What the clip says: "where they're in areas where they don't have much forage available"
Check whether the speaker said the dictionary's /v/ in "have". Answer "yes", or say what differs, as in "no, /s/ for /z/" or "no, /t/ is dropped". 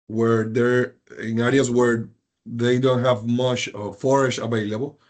yes